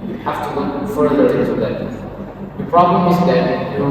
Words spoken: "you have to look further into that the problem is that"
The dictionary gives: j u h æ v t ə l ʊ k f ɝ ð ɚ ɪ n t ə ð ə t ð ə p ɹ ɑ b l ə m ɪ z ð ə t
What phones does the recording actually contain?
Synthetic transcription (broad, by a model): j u h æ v t ə w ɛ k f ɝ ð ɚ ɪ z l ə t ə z ð ə p ɹ ɑ b l ə m ɪ z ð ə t